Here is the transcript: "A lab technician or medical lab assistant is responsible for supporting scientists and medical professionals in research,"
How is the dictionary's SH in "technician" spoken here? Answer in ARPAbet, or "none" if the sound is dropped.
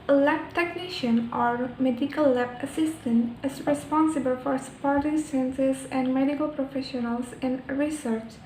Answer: SH